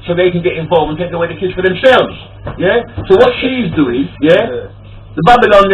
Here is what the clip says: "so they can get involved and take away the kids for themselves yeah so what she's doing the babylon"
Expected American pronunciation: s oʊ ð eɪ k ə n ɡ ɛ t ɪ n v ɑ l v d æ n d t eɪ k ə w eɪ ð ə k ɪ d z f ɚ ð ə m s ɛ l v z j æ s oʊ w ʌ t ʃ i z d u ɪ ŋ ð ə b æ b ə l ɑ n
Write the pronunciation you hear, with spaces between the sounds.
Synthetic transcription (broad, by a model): s oʊ ð eɪ k ə n ɡ ɛ t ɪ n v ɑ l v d n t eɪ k ə w eɪ ð ə k ɪ d z f ɚ ð ə m s ɛ l v z j æ s oʊ w ʌ t ʃ i z d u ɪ ŋ ð ə b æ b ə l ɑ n